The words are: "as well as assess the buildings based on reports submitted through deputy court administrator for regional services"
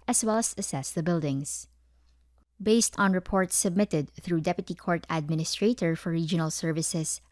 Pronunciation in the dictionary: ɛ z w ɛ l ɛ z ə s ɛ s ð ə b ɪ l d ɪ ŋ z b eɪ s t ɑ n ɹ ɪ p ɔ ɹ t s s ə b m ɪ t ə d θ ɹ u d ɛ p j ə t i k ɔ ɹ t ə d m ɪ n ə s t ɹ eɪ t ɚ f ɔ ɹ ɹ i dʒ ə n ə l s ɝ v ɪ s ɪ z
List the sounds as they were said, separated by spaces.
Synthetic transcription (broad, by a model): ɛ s w ɛ l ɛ s ə s ɛ s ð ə b ɪ l d ɪ ŋ s b eɪ s t ɑ n ɹ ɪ p ɔ ɹ t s s ə b m ɪ t ə d θ ɹ u d ɛ p j ə t i k ɔ ɹ t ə d m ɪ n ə s t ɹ eɪ t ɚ f ɔ ɹ ɹ i dʒ ə n ə l s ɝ v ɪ s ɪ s